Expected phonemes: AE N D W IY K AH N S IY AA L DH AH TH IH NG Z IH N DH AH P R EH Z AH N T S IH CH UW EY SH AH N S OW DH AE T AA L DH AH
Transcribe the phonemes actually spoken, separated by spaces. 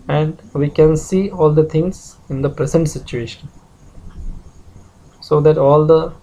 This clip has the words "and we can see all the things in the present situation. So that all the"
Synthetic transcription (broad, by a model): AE N D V IY K AH N S IY AA L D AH T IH NG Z IH N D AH P R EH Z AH N T S IH CH UW EY SH AH N S OW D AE T AA L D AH